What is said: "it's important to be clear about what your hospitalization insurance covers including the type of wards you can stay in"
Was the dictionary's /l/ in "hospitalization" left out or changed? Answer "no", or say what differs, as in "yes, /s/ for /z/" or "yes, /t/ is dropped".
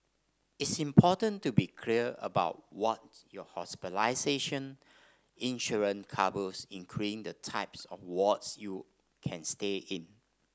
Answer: yes, /l/ is dropped